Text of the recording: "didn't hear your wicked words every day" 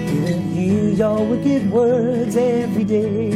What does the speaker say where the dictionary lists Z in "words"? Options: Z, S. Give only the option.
Z